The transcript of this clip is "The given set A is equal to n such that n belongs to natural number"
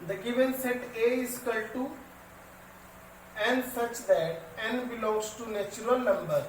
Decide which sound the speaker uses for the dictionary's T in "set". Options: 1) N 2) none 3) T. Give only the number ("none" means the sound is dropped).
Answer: 3